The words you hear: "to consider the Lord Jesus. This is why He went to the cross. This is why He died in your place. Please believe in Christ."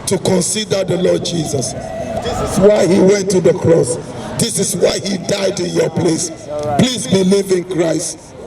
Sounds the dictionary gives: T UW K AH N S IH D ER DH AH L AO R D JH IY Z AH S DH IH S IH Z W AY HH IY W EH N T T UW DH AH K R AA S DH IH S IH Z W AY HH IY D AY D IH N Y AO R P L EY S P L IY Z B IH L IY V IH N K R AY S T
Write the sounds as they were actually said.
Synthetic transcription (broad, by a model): T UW K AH N S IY D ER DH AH L AO D JH IY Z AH S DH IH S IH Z W AY HH IY W EH N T T UW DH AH K R AA S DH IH S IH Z W AY HH IY D AY D IH N Y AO P L EY S P L IY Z B IH L IY V IH N K R AY S T